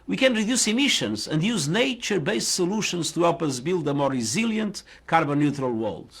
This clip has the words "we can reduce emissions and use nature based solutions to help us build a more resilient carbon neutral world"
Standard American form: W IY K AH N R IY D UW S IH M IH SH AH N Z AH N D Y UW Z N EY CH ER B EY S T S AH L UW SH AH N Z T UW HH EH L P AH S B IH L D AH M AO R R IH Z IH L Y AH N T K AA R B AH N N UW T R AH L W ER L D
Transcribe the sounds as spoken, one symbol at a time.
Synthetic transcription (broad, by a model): W IY K AH N R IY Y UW S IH M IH SH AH N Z AH N D Y UW Z N EY CH ER B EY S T S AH L UW SH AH N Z T UW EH P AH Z B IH L D AH M AO R R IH Z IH L Y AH N T K AA R B AH N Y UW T R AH L W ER L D